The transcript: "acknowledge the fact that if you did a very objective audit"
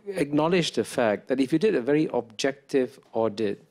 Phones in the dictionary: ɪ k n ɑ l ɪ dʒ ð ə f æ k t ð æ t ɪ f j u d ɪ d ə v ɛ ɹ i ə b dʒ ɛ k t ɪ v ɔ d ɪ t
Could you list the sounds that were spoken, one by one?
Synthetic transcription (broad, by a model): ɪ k n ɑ l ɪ dʒ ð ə f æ k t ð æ t ɪ f j u d ɪ d ə v ɛ ɹ i ə b dʒ ɛ k t ɪ v ɔ d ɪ t